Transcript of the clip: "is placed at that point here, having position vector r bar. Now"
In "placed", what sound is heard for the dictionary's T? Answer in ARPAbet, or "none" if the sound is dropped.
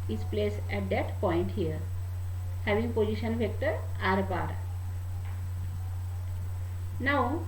none